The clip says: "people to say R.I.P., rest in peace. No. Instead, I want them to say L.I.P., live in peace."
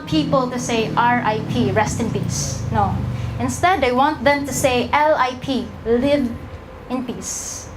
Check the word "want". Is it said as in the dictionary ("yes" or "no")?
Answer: yes